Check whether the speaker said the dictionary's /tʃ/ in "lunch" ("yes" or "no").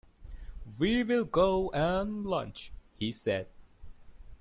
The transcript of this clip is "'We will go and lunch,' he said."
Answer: yes